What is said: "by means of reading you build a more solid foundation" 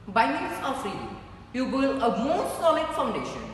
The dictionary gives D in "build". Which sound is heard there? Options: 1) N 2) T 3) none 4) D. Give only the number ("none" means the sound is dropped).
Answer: 3